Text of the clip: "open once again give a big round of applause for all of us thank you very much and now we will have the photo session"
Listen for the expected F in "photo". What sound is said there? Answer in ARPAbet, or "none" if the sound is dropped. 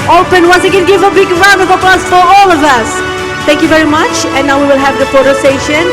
P